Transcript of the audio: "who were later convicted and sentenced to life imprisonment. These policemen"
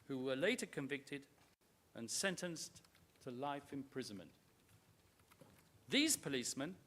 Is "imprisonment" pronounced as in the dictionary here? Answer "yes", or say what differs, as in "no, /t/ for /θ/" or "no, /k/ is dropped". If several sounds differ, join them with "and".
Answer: yes